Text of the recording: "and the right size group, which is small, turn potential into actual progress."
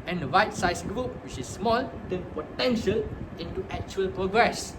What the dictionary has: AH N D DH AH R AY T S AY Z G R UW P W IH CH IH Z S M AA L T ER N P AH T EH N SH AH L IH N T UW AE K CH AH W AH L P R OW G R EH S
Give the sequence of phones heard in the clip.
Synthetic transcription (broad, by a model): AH N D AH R AY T S AY S G R UW P W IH CH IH S M AA L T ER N P AH T EH N SH AH L IH N T UW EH K CH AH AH L P R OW G R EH S